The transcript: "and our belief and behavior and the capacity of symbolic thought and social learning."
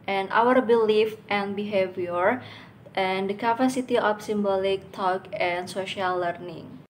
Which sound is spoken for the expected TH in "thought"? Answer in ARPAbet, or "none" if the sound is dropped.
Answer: T